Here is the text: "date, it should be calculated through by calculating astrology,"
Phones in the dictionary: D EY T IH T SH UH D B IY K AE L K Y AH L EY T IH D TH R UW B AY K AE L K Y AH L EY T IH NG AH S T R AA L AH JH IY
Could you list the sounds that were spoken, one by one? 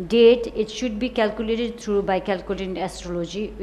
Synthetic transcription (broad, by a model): D EY T IH T SH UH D B IY K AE L K Y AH L EY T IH D T R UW B AY K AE L K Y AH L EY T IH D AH S T R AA L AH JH IY